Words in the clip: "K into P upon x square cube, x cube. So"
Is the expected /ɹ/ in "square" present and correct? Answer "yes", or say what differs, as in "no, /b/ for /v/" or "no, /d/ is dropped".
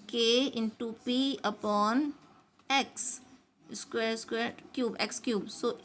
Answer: no, /w/ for /ɹ/